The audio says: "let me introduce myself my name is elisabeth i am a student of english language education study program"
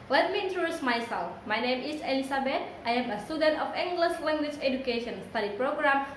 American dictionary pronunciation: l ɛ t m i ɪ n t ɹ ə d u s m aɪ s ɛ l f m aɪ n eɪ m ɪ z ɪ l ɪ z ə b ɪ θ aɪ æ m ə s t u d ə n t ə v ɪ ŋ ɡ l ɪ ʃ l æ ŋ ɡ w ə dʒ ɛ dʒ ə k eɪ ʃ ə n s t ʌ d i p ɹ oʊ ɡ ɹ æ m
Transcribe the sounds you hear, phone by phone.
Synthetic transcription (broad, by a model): l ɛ t m i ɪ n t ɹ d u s m aɪ s ɛ l f m aɪ n eɪ m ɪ s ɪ l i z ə b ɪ t aɪ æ m ə s t u d ə n t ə f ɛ ŋ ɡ l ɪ s l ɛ ŋ ɡ w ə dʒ ɛ dʒ ə k eɪ ʃ ə n s t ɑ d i p ɹ oʊ ɡ ɹ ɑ m